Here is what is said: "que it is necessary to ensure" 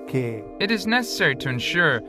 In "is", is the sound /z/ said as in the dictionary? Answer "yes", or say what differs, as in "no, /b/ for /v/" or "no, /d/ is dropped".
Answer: yes